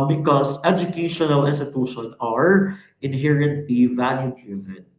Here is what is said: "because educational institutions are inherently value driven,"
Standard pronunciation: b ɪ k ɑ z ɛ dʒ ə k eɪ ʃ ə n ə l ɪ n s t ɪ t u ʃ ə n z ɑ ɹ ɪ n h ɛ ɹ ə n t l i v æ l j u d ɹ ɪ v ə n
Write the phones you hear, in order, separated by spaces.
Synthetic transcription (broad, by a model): b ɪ k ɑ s ɛ dʒ ə k eɪ ʃ ə n ə l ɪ n s t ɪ t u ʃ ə n ɑ ɹ ɪ n h ɛ ɹ ə n t l i v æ l j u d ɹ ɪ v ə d